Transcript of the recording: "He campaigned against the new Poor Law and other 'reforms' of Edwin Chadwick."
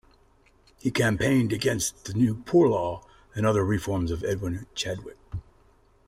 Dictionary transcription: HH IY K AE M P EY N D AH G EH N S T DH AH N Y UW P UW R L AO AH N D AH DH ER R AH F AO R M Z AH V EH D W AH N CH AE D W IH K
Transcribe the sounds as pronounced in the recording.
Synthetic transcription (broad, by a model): HH IY K AE M P EY N D AH G EH N S T DH AH N Y UW P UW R L AO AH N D AH DH ER R AH F AO R M Z AH V EH D W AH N CH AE D W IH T